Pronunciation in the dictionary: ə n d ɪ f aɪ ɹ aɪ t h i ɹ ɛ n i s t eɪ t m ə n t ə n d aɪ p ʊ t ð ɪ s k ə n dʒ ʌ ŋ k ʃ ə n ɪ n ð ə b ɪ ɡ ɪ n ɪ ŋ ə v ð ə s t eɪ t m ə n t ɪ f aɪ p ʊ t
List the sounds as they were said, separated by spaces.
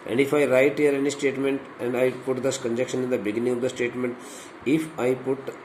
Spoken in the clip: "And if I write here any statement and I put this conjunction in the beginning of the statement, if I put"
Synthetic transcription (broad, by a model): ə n d ɪ f aɪ ɹ aɪ t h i ɹ ɛ n i s t eɪ t m ə n t ə n d aɪ p ʊ t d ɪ s k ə n dʒ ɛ k ʃ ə n ɪ n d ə b ɪ ɡ ɪ n ɪ ŋ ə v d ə s t eɪ t m ə n t ɪ f aɪ p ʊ t